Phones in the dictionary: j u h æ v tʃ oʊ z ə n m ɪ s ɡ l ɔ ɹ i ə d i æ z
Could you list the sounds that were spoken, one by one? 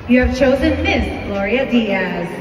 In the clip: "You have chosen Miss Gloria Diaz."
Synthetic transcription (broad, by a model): j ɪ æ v tʃ oʊ z ə n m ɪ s ɡ l ɔ ɹ i ə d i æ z